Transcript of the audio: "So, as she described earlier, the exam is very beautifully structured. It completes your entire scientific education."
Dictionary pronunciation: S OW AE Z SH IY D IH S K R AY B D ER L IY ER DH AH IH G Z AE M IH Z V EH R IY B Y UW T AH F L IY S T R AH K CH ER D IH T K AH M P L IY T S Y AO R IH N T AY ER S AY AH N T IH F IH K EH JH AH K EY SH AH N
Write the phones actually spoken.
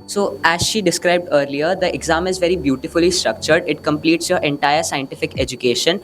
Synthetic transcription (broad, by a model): S OW AE Z SH IY D IH S K R AY B D ER L IY ER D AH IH G Z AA M IH Z V EH R IY B Y UW T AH F L IY S T R AH K CH ER D IH T K AH M P L IY T S Y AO R IH N T AY ER S AY AH N T IH F IH K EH JH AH K EY SH AH N